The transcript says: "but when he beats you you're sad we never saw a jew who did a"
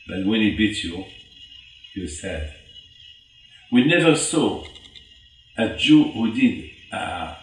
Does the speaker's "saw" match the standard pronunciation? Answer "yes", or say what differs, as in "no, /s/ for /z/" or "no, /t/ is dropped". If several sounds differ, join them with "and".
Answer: yes